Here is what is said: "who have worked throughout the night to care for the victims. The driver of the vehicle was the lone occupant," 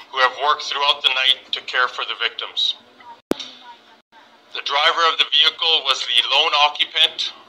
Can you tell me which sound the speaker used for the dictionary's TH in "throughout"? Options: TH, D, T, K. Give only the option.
TH